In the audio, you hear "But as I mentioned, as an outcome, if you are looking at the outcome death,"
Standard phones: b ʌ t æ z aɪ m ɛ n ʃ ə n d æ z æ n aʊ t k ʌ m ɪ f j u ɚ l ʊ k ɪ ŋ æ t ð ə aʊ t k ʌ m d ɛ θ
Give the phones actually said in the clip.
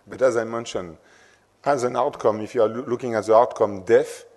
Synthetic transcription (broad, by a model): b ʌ t æ z aɪ m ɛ n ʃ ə n æ z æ n aʊ t k ʌ m ɪ f j u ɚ l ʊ k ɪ ŋ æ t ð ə aʊ t k ʌ m d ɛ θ